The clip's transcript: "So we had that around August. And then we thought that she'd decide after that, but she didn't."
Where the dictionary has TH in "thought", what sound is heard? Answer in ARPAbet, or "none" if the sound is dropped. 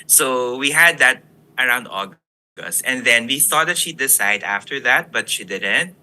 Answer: TH